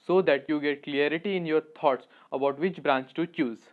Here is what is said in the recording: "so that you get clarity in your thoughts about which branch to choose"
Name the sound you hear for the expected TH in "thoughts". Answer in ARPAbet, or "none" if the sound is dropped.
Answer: T